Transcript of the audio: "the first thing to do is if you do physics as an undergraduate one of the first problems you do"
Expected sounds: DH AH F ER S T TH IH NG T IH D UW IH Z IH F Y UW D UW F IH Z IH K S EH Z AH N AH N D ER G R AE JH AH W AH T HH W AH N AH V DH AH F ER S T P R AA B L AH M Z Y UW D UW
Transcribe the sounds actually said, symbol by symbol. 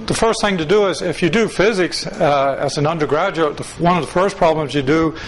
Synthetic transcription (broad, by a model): DH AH F ER S T TH IH NG T IH D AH IH Z IH F Y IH D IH F IH Z IH K S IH Z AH N AH N D ER G R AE JH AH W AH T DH W AH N AH V DH AH F ER S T P R AA B L AH M Z Y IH D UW